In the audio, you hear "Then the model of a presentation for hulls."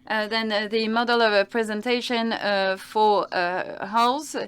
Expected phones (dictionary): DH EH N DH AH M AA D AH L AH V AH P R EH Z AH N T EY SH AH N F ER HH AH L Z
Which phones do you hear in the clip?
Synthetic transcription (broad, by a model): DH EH N DH AH M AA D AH L AH V AH P R EH Z AH N T EY SH AH N F ER HH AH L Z